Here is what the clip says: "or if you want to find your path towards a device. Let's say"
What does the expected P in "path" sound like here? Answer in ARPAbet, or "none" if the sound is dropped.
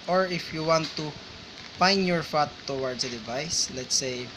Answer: F